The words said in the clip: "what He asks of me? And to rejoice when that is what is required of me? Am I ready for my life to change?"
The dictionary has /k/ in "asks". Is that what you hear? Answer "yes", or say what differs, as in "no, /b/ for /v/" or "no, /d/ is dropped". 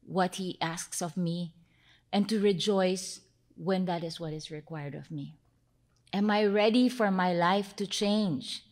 yes